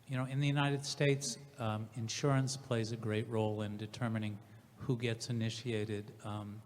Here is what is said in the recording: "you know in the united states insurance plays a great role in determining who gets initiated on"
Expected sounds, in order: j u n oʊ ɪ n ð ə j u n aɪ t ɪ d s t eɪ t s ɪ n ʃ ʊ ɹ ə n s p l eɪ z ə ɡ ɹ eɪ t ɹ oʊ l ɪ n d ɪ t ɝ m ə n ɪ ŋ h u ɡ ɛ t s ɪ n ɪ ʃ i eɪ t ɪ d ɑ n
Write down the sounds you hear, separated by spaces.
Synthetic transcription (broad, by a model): j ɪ n oʊ ɪ n ð ə j u n aɪ t ɪ d s t eɪ t s ɪ n ʃ ʊ ɹ ə n s p l eɪ z ə ɡ ɹ eɪ t ɹ oʊ l ɪ n d ɪ t ɝ m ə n ɪ ŋ h u ɡ ɛ t s ɪ n ɪ ʃ i eɪ t ɪ d